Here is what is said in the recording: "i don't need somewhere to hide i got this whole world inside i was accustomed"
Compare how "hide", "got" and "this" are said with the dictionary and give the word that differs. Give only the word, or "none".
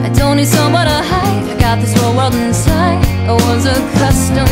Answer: hide